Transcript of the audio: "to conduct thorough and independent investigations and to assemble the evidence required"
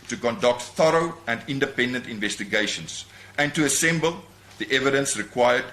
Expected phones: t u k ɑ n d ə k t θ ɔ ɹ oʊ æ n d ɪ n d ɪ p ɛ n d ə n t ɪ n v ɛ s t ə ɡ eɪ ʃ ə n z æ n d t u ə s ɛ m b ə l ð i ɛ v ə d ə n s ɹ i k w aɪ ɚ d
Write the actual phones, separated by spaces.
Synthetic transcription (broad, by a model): t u k ɑ n d ə k t θ ɔ ɹ oʊ æ n d ɪ n d ɪ p ɛ n d ə n t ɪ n v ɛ s t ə ɡ eɪ ʃ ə n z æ n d t u ə s ɛ m b ə l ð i ɛ v ə d ə n s ɹ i k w aɪ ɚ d